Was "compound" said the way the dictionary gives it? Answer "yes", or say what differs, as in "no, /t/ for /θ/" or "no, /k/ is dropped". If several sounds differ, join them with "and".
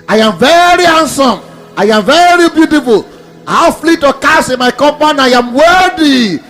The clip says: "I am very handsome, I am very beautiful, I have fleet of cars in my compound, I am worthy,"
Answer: no, /d/ is dropped